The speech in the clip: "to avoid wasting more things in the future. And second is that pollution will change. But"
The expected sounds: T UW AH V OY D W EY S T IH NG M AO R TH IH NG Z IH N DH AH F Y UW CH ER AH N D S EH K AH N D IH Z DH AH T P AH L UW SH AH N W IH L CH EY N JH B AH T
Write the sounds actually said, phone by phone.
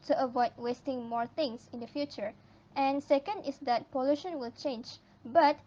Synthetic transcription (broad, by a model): T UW AH V OY D W EY S T IH NG M AO R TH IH NG S IH N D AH F Y UW CH ER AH N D S EH K AH N D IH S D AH T P AH L UW SH AH N W IH L CH EY N JH B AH T